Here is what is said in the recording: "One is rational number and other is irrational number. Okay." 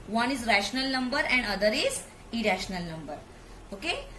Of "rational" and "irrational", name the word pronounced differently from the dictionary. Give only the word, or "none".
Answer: none